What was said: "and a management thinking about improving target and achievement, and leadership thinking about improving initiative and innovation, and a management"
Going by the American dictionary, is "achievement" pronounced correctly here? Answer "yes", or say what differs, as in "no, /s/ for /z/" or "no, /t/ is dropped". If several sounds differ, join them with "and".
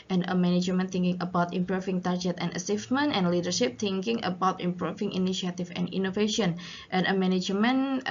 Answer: no, /s/ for /tʃ/